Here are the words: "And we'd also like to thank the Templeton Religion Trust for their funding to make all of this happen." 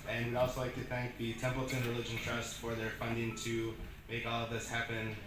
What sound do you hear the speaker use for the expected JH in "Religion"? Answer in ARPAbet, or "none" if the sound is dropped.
JH